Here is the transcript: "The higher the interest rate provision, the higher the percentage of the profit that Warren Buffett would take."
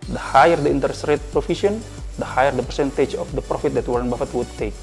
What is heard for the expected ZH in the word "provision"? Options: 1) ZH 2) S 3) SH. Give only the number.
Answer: 2